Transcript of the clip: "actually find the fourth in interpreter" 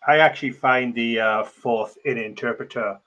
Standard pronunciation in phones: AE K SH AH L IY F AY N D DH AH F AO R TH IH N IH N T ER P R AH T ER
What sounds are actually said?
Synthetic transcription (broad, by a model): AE K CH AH L IY F AY N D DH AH F AO R TH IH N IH N T ER P R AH T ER